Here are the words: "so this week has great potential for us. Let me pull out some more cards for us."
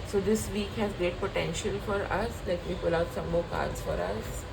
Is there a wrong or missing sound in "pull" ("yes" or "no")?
no